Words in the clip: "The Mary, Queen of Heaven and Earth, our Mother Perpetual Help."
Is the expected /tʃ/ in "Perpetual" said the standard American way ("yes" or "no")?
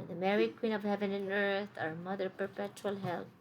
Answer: yes